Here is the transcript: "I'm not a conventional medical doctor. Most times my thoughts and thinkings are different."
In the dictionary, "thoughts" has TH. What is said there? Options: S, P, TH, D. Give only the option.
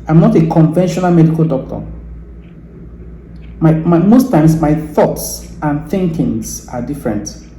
TH